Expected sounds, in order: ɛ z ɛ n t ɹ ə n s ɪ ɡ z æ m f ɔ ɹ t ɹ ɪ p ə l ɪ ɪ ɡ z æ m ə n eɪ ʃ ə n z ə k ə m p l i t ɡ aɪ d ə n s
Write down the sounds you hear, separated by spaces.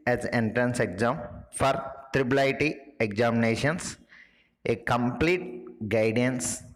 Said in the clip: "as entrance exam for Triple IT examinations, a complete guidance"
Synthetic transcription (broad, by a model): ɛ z ɛ n t ɹ ə n s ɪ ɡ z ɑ m f ɔ ɹ t ɹ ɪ b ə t ɪ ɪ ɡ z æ m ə n eɪ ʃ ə n s ə k ə m p l i t ɡ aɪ d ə n s